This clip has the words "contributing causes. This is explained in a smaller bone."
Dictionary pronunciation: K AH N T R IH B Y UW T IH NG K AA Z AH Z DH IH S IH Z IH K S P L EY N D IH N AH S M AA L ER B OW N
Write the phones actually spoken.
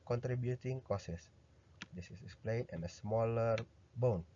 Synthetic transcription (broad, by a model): K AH N T R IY B Y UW T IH NG K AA S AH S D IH S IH S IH K S P L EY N IH N AH S M AA L ER B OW N